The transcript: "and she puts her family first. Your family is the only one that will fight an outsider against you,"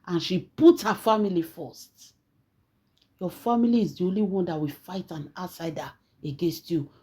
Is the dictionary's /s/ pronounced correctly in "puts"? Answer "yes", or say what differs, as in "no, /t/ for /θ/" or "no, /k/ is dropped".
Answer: no, /s/ is dropped